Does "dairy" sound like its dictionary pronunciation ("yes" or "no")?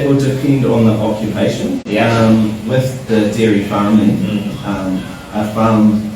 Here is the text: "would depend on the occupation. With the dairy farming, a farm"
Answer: yes